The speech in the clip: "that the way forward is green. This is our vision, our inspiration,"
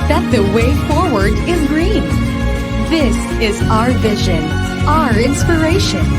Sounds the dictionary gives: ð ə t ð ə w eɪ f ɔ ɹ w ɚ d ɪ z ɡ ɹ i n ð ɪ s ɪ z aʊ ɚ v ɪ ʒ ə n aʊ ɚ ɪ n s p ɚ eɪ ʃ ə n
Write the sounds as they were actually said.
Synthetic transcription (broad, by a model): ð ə t ð ə w eɪ f ɔ ɹ w ɚ d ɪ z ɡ ɹ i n ð ɪ s ɪ z aʊ ɚ v ɪ ʒ ə n aʊ ɚ ɪ n s p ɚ eɪ ʃ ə n